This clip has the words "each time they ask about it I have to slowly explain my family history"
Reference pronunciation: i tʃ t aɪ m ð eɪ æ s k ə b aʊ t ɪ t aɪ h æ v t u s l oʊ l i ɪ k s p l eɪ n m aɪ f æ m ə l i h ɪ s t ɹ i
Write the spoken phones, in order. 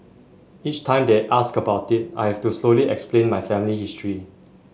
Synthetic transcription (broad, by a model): i tʃ t aɪ m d eɪ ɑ s k ə b aʊ t ɪ t aɪ h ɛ f t u s l oʊ l i ɪ k s p l eɪ n m aɪ f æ m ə l i h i s t ɹ i